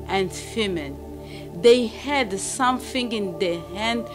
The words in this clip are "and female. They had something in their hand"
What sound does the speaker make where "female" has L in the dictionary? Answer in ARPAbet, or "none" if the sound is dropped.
N